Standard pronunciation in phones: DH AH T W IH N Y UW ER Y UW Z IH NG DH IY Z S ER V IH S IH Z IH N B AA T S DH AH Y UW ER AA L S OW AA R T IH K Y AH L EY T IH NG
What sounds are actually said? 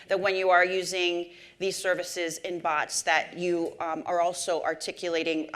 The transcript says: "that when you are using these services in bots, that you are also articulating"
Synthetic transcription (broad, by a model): DH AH T W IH N Y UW ER Y UW Z IH NG DH IY Z S ER V IH S IH Z IH N B AA T S DH AH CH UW ER AA L S OW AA R T IH K Y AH L EY T IH NG